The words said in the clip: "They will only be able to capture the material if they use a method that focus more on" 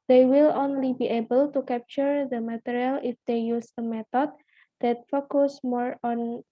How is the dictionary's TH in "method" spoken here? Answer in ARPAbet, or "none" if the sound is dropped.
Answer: T